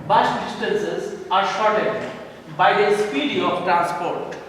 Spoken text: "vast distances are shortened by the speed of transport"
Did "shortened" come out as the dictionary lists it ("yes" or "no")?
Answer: no